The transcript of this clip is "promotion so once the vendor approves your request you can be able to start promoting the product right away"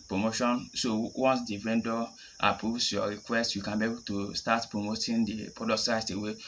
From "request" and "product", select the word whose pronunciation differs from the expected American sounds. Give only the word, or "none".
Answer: product